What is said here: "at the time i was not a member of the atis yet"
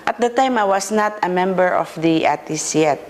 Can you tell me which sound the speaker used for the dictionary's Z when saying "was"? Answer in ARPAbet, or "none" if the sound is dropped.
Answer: S